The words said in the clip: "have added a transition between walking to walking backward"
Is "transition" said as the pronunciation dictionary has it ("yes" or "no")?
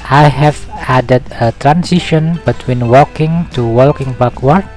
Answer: no